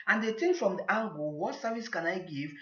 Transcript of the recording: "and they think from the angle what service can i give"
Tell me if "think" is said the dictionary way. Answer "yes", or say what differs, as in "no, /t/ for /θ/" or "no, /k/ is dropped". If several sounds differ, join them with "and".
no, /t/ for /θ/